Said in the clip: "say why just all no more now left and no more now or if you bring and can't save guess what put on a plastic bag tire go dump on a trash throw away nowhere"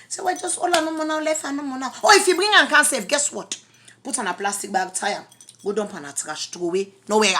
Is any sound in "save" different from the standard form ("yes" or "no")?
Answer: yes